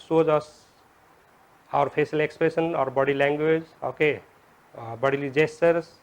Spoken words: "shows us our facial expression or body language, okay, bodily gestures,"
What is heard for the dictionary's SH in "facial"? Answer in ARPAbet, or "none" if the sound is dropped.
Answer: S